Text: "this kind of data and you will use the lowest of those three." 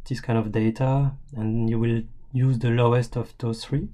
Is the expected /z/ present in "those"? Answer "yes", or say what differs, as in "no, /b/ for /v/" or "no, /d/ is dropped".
no, /z/ is dropped